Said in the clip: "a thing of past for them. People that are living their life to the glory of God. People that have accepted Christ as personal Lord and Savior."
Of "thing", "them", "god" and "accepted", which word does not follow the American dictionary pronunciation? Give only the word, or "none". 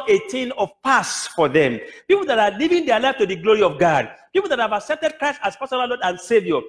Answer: thing